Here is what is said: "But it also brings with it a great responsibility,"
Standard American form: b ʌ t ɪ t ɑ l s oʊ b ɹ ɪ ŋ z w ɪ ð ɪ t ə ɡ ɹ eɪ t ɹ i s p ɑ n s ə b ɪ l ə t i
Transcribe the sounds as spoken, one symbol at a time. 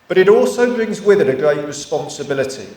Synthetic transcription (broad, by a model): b ʌ t ɪ t ɑ l s oʊ b ɹ ɪ ŋ z w ɪ ð ɪ t ə ɡ ɹ eɪ t ɹ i s p ɑ n s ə b ɪ l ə t i